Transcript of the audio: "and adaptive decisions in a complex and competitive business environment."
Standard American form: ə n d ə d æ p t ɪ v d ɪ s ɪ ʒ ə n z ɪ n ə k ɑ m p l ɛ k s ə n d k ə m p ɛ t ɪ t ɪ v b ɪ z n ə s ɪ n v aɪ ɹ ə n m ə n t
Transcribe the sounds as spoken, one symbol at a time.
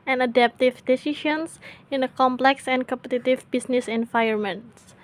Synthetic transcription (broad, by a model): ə n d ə d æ p t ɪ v d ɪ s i ʃ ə n s ɪ n ə k ɑ m p l ɛ k s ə n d k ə m p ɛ t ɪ t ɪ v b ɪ s n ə s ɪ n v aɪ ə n m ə n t